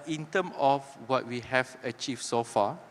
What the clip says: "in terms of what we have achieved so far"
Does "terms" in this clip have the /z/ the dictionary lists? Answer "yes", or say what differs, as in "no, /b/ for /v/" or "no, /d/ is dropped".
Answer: no, /z/ is dropped